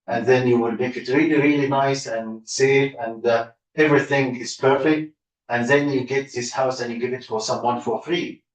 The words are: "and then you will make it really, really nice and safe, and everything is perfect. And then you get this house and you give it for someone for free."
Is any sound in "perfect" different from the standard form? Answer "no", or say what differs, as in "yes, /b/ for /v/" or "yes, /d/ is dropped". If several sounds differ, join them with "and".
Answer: no